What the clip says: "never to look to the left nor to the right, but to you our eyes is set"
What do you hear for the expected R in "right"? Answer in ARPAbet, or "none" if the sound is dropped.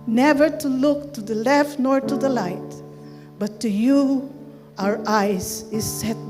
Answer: L